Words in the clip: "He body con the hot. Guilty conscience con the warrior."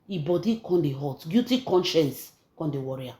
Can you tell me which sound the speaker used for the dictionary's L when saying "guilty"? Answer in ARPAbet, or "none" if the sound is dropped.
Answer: none